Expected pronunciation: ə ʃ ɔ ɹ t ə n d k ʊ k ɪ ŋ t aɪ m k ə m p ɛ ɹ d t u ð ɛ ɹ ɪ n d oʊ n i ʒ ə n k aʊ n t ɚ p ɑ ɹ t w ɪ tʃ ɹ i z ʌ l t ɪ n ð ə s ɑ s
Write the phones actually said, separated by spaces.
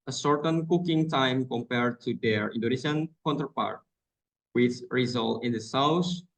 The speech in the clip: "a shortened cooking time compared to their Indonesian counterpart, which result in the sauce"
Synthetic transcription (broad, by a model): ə s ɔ ɹ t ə n k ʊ k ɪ ŋ t aɪ m k ə m p ɛ ɹ d t u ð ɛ ɹ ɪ n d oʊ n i ʃ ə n k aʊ n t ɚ p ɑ ɹ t w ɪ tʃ ɹ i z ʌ l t ɪ n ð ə s ɑ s